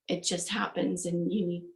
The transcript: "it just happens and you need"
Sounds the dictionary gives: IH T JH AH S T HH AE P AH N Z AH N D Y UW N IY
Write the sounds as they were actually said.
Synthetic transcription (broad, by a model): IH T JH AH S T HH AE P AH N Z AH N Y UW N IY